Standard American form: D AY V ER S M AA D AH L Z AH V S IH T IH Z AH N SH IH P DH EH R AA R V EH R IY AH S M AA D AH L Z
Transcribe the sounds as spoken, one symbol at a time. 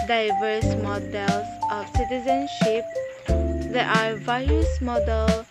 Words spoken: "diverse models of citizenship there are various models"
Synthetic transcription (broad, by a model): D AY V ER S M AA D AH L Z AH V S IH T IH Z AH N SH IH P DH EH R AA R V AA IY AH S M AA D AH L